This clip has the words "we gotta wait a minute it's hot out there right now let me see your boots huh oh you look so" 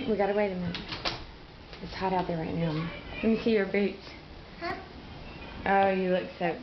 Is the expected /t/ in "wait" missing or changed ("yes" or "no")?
yes